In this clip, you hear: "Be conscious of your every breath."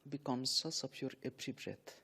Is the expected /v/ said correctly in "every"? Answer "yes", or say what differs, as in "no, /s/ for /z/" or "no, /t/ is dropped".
no, /p/ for /v/